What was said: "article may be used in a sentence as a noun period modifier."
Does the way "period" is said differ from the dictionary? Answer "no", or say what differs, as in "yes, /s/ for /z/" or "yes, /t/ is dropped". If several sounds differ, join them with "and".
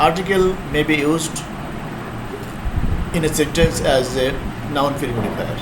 yes, /f/ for /p/